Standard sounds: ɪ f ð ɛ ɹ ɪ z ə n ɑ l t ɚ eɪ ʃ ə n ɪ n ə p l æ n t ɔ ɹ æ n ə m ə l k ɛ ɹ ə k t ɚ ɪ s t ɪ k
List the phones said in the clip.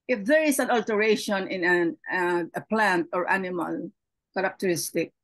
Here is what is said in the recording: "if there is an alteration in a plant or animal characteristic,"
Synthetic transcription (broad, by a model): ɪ f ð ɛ ɹ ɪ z ə n ɑ l t ɚ eɪ ʃ ə n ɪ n ə p l æ n t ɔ ɹ æ n ə m ə l k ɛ ɹ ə k t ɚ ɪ s t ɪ k